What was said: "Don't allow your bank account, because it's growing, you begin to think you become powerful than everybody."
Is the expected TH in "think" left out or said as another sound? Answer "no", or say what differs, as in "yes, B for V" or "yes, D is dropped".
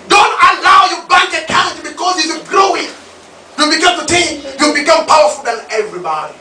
yes, T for TH